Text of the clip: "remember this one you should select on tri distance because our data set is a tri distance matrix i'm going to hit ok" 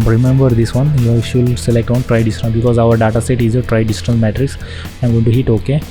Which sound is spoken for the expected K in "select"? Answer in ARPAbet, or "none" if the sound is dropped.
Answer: K